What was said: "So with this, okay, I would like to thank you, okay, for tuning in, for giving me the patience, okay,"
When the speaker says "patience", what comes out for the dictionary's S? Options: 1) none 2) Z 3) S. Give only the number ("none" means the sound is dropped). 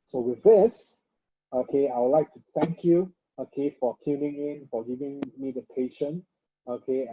1